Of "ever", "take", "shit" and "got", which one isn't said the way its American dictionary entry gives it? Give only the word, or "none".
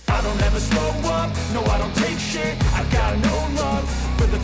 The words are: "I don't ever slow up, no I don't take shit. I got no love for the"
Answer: shit